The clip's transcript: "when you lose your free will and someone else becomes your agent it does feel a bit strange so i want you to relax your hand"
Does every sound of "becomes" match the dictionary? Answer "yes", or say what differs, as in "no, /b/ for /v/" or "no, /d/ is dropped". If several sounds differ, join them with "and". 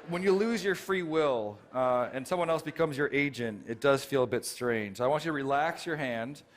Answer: yes